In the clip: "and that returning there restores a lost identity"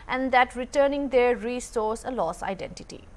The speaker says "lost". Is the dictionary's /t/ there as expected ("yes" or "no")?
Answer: no